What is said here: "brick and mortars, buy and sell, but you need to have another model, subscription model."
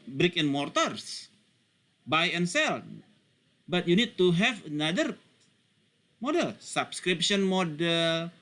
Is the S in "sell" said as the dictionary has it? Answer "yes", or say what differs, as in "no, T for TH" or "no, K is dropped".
yes